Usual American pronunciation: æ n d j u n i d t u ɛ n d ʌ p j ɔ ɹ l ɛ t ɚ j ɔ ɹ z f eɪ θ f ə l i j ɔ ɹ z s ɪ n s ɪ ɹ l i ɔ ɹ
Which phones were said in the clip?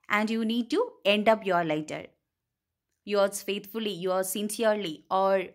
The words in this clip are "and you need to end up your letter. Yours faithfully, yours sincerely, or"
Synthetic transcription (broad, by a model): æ n d j u n i d t u ɛ n d ʌ p j ɔ ɹ l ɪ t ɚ j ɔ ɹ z f eɪ t f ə l i j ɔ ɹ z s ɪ n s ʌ ɹ l i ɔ ɹ